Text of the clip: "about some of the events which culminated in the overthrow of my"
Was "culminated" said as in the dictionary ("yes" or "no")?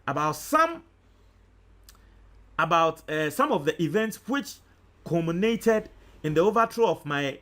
no